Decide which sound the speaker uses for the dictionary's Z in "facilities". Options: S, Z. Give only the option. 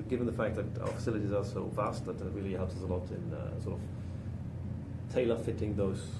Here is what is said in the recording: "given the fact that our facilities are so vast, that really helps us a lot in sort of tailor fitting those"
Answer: Z